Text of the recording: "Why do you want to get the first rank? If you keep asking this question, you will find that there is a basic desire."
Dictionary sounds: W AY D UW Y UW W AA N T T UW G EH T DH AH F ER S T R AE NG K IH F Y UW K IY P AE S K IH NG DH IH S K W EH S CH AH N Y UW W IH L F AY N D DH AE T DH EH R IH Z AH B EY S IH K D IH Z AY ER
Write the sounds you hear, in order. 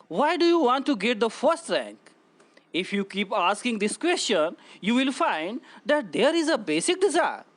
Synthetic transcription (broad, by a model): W AY D UW Y UW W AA N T T UW G EH T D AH F ER S T R AE NG K IH F Y UW K IY P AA S K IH NG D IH S K W EH S CH AH N Y UW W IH L F AY N D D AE T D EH R IH Z AH B EY S IH K D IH Z AY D